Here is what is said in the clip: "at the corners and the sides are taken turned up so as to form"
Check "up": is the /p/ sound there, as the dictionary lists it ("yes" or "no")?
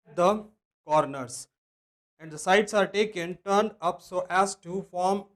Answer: yes